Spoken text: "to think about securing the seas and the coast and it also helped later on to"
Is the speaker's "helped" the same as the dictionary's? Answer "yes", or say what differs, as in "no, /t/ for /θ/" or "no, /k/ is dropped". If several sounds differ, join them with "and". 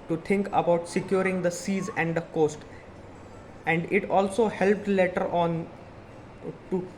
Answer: yes